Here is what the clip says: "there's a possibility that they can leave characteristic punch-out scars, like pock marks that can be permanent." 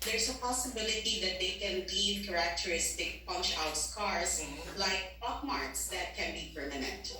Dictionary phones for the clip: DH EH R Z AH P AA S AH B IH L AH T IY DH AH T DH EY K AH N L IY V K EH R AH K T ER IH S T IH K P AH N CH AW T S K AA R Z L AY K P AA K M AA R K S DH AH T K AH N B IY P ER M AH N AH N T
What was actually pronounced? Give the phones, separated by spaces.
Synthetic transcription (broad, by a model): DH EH R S AH P AA S AH B IH L AH T IY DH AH T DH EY K AH N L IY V K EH R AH K T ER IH S T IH K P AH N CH AW T S K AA R S L AY K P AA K M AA R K S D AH T K AH N B IY P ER M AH N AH N T